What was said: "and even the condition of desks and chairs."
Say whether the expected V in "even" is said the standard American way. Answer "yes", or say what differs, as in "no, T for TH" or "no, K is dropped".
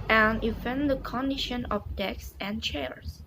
no, F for V